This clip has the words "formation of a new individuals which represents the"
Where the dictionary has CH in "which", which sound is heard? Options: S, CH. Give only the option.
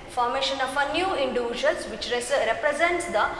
S